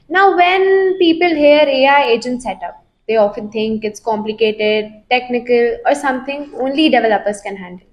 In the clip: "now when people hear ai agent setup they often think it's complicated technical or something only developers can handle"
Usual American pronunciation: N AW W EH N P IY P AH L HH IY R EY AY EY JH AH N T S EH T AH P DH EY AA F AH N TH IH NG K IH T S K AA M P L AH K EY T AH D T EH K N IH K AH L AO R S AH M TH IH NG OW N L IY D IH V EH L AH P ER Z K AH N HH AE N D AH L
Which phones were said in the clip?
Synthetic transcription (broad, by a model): N AW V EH N P IY P AH L HH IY R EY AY EY JH AH N T S EH T AH P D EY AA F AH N T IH NG K IH T S K AA M P L AH K EY T AH D T EH K N IH K AH L AO R S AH M T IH NG OW N L IY D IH V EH L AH P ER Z K AH N HH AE N D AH L